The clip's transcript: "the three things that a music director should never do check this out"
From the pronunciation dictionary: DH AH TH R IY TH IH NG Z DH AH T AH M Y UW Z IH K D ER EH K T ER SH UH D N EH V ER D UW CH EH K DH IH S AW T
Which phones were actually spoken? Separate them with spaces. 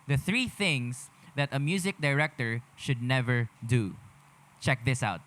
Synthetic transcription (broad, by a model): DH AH TH R IY TH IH NG S DH AH T AH M Y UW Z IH K D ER EH K T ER SH UH D N EH V ER D UW CH EH K DH IH S AW T